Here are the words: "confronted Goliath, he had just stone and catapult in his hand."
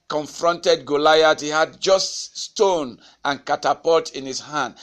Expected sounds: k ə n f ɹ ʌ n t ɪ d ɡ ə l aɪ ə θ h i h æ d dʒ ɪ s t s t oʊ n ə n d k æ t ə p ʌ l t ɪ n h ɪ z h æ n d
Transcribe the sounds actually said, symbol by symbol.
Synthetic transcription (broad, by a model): k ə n f ɹ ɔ n t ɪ d ɡ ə l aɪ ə t h i h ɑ d dʒ ɪ s t s t oʊ n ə n k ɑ t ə p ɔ t ɪ n h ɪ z h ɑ n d